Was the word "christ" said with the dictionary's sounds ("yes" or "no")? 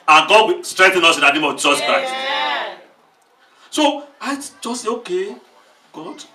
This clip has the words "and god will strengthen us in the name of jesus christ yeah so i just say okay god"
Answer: no